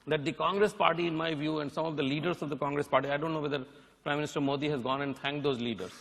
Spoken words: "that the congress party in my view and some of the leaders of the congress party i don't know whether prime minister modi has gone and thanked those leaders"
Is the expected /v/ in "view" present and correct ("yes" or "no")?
yes